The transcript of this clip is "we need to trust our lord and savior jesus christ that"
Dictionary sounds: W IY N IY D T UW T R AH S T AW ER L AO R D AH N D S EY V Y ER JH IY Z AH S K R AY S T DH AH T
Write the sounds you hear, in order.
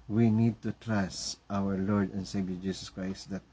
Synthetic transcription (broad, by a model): W IY N IY D T UW T R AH S T AW ER L AO R D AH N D S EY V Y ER JH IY S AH S K R AY S T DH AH T